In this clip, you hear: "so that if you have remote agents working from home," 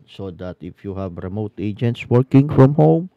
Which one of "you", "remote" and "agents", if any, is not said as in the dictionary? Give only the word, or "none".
none